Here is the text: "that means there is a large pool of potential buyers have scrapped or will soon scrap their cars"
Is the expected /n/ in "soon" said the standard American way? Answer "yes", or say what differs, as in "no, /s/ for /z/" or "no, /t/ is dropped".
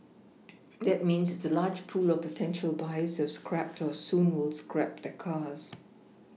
no, /l/ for /n/